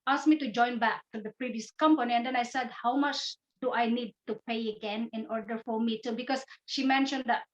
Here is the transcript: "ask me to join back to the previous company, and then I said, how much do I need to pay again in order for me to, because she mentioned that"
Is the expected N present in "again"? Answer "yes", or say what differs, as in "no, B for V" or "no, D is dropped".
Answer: yes